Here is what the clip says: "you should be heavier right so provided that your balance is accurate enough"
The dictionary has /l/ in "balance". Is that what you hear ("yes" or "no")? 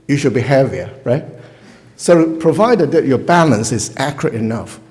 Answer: yes